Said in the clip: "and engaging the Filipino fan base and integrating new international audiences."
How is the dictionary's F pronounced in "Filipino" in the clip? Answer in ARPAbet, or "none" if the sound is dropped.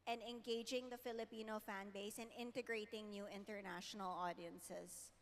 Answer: F